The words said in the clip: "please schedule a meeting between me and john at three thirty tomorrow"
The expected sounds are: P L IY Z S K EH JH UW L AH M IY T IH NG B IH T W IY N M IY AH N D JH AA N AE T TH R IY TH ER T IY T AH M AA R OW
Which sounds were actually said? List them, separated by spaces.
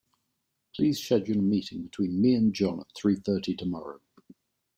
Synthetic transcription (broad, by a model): P L IY Z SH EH JH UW N AH M IY T IH NG B IH T W IY N M IY AH N JH AA N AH T TH R IY TH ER T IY T AH M AA R OW